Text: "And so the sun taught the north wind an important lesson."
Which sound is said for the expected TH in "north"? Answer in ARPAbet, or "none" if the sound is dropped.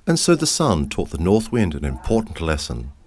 TH